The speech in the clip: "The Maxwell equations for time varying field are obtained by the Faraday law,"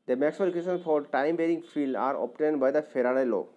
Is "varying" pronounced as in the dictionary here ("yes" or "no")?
no